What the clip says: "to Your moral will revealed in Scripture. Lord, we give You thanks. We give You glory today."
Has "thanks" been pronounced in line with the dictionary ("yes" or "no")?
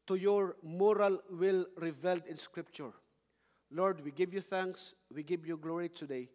yes